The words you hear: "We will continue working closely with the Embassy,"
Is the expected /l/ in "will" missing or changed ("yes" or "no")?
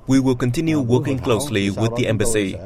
no